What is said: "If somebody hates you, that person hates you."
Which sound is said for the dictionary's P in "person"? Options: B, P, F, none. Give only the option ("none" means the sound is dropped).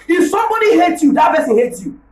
B